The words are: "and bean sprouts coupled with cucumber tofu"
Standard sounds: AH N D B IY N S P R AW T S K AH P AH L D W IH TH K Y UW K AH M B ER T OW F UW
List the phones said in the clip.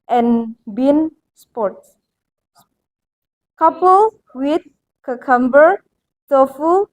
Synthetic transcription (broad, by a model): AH N B IY N S P AO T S K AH P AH L W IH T K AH K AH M B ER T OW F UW